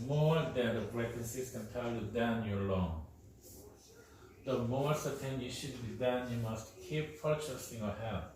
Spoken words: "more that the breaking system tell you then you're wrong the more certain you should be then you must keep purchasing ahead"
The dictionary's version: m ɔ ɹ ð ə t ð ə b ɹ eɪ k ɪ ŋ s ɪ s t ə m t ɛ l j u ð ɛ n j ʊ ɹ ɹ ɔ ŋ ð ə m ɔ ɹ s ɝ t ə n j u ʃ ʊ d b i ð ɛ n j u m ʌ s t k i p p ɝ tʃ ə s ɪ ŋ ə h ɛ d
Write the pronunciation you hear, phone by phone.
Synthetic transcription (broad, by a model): m ɔ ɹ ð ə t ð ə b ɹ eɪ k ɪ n s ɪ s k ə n t ɛ l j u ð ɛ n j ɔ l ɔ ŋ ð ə m ɔ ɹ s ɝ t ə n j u ʃ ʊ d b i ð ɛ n j u m ʌ s t k i p p ɝ tʃ ə s ɪ ŋ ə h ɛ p